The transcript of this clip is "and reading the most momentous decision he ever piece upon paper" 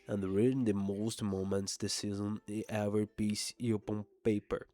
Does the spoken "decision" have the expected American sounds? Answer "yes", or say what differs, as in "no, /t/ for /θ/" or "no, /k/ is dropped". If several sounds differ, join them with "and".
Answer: no, /z/ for /ʒ/